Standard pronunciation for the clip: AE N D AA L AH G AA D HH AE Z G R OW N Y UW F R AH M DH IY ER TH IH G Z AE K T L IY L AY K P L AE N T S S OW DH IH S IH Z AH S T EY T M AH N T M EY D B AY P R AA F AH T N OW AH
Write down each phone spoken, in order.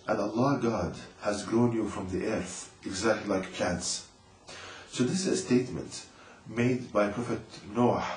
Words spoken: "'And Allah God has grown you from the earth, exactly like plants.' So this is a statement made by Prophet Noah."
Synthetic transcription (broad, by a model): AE N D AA L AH G AA D HH AE Z G R OW N Y UW F R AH M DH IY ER TH IH G Z AE K T L IY L AY K P L AE N T S S OW DH IH S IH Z AH S T EY T M AH N T M EY D B AY P R AA F AH T N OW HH